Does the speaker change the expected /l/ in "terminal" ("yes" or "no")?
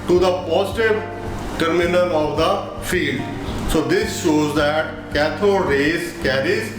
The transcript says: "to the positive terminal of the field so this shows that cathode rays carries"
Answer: yes